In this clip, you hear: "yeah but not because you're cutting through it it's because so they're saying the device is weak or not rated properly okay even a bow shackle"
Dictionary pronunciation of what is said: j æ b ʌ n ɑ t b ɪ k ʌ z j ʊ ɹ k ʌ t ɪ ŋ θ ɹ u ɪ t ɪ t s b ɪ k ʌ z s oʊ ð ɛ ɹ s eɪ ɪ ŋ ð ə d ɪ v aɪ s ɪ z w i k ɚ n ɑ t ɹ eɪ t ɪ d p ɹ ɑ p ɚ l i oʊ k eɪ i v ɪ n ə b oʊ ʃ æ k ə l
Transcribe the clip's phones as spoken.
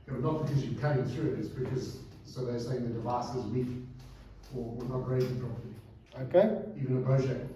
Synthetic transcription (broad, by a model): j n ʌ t b ɪ k ʌ z j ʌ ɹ k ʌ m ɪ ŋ θ ɹ u ɪ t ɪ t s b ɪ k ʌ z s oʊ ð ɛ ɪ s eɪ ɪ ŋ ð ə d ɪ v aɪ s ɪ z w i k ɚ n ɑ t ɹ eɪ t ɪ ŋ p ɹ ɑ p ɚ i oʊ k eɪ i v ɪ n ə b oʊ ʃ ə